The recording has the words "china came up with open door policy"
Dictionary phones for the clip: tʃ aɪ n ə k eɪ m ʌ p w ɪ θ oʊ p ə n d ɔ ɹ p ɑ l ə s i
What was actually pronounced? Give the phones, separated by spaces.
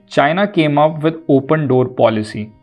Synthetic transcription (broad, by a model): tʃ aɪ n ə k eɪ m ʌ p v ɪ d oʊ p ə n d ɔ ɹ p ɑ l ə s i